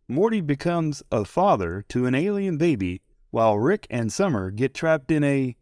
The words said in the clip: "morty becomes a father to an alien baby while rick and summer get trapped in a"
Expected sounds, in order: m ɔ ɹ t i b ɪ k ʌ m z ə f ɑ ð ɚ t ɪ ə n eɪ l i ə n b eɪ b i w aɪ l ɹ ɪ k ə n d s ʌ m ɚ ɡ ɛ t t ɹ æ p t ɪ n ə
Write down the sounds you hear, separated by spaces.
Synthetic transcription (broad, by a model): m ɔ ɹ t i b ɪ k ʌ m z ə f ɑ ð ɚ t ɪ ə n eɪ l i ə n b eɪ b i w aɪ l ɹ ɪ k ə n s ʌ m ɚ ɡ ɛ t t ɹ æ p t ɪ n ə